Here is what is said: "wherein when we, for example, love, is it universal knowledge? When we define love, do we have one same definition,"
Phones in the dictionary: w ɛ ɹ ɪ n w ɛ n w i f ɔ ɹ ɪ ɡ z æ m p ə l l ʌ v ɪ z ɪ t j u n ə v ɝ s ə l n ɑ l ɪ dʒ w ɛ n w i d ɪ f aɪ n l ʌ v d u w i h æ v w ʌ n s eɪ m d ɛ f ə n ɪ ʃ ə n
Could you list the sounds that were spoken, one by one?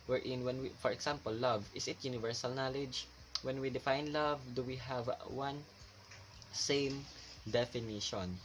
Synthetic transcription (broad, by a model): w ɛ ɹ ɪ n w ɛ n w i f ɔ ɹ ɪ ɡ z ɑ m p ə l l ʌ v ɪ s ɪ t j u n ə v ɝ s ə l n ɑ l ɪ dʒ w ɛ n w i d ɪ f aɪ n l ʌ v d u w i h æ v w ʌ n s eɪ m d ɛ f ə n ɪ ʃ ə n